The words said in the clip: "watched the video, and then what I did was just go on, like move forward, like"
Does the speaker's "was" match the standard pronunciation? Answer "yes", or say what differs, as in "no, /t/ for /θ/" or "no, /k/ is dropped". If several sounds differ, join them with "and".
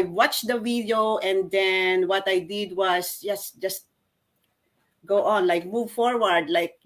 no, /s/ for /z/